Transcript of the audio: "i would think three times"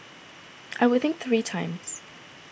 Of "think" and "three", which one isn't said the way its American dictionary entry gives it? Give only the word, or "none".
none